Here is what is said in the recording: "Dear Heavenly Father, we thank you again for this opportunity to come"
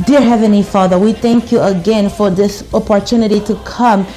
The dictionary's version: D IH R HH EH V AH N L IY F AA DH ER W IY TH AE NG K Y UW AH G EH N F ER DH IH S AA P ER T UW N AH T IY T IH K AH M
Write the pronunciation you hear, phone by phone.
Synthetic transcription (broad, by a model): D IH R HH EH V AH N L IY F AA DH ER W IY TH AE NG K Y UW AH G EH N F ER DH IH S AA P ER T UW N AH T IY T IH K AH M